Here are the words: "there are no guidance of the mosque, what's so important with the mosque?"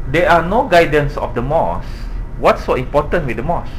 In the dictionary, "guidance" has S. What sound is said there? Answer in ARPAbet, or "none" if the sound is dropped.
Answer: S